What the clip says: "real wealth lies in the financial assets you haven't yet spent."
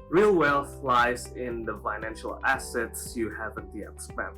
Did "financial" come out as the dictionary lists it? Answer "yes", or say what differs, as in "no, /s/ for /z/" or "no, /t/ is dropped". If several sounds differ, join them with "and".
yes